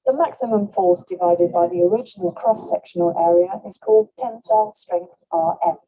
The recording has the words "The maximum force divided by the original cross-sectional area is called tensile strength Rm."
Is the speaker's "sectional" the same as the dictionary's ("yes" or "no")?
yes